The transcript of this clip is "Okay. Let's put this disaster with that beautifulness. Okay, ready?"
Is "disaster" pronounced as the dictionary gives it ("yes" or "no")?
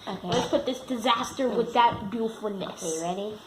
yes